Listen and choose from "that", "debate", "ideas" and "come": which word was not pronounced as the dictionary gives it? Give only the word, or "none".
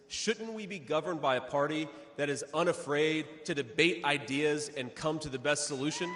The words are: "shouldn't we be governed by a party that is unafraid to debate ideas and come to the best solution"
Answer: none